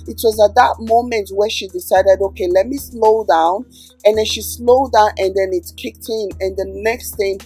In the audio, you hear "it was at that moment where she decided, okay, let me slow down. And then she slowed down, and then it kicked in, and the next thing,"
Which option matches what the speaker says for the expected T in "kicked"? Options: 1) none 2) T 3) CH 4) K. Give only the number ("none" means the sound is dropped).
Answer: 2